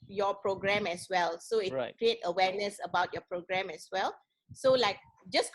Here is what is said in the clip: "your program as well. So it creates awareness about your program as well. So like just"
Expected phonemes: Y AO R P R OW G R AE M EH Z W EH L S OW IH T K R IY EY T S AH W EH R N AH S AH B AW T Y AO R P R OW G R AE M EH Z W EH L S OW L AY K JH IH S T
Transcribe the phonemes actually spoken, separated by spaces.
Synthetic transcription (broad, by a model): Y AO P R OW G R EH M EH S W EH L S OW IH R K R IY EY T AH W EH N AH S AH B AW T Y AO P R OW G R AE M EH S W EH L S OW L AY K JH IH S